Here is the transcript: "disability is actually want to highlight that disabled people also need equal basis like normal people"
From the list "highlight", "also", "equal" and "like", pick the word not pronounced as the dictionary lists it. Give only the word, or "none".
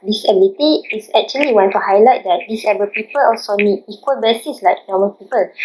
none